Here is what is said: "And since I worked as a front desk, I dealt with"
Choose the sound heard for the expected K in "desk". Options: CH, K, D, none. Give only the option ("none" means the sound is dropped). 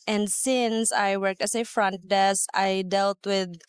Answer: none